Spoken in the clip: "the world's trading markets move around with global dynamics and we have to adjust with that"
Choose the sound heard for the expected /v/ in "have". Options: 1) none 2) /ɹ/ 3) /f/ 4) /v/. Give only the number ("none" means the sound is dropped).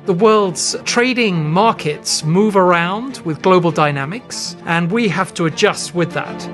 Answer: 3